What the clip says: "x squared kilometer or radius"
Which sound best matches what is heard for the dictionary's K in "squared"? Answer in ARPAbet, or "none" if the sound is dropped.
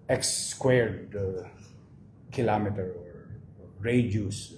K